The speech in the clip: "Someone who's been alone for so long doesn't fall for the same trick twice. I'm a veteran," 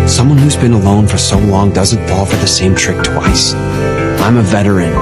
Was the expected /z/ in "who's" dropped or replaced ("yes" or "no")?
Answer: no